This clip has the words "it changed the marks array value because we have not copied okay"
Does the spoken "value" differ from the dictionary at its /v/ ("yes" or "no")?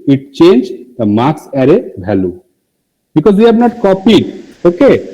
yes